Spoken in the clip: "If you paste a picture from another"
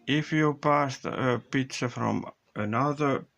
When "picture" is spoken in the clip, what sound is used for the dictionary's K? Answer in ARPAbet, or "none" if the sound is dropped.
none